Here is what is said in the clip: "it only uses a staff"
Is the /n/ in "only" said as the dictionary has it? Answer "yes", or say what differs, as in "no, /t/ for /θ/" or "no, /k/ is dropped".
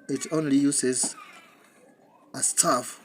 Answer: yes